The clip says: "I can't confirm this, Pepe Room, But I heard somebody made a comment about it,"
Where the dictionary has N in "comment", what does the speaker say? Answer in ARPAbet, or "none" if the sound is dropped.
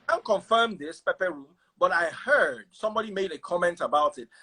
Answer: N